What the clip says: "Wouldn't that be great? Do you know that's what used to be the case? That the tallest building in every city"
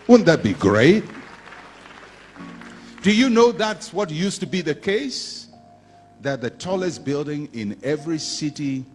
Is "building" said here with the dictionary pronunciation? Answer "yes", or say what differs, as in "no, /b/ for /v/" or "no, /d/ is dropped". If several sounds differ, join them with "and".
yes